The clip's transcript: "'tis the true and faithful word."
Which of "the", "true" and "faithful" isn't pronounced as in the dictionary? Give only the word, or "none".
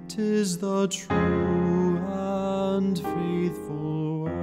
none